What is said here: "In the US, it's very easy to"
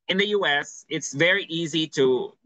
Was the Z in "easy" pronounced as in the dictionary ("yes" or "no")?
yes